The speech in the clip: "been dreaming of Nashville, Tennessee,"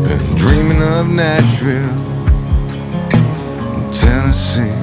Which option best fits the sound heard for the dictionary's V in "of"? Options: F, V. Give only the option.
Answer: V